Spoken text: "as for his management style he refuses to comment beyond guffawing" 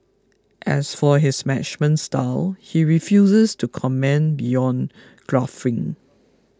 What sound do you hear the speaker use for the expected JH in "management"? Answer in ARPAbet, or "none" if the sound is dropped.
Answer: CH